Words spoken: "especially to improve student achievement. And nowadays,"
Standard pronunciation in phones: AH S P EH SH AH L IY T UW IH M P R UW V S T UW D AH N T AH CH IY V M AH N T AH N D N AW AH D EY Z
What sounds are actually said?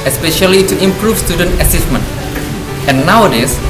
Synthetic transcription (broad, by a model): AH S P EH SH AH L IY T UW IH M P R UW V S T UW D AH N T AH S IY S M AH N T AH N N AW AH D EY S